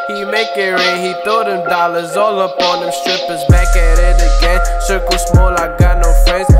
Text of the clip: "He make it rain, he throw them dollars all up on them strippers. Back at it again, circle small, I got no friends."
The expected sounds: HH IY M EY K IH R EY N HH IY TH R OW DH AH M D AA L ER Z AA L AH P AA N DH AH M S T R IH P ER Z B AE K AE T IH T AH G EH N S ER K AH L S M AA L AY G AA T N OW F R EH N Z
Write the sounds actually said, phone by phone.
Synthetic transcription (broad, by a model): HH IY M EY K IH R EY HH IY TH OW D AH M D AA L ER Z AA L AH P AA N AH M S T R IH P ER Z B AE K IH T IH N AH G EH N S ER K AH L S M AA L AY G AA N OW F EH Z